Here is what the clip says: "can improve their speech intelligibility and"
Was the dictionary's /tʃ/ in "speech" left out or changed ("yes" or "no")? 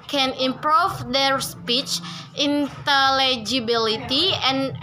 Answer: no